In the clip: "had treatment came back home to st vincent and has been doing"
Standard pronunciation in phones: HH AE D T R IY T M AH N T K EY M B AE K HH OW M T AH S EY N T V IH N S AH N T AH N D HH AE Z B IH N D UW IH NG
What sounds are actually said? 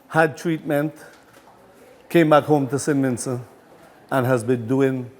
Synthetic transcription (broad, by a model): HH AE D T R IY T M AH N T K EY M B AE K HH OW M T AH S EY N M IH N S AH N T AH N HH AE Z B IH N D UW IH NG